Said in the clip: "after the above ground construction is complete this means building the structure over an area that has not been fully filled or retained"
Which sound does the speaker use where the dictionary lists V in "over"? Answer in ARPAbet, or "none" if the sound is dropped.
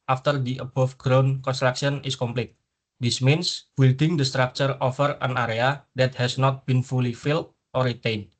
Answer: F